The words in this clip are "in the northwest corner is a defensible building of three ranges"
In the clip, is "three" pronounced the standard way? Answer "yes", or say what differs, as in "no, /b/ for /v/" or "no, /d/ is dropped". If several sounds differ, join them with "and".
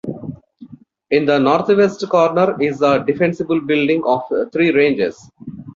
no, /t/ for /θ/